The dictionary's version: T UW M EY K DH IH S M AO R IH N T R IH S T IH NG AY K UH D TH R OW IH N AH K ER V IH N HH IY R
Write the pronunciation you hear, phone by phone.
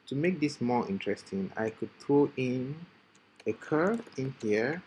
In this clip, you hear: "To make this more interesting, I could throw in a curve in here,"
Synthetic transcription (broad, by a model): T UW M EY K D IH S M AO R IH N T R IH S T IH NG AY K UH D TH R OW IH N AH K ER IH N HH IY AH